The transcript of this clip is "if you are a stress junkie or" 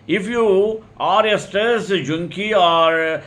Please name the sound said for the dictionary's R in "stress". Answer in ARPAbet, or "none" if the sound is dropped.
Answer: none